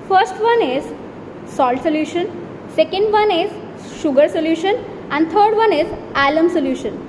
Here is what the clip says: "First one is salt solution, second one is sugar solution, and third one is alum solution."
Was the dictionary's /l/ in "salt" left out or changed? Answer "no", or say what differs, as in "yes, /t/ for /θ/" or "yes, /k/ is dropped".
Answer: no